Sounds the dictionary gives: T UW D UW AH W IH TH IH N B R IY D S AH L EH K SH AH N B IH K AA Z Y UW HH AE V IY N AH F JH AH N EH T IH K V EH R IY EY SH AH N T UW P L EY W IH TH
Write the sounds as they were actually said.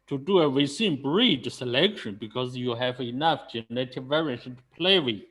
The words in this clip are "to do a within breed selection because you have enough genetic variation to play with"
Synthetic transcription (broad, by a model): T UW D UW AH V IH S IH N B R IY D S AH L EH K SH AH N B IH K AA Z Y UW HH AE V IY N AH F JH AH N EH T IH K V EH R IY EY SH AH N T UW P L EY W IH